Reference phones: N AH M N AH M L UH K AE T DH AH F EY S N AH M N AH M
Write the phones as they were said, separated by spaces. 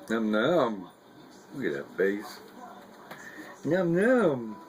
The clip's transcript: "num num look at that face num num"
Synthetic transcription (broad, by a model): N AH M N AH M W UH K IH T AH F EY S N AH M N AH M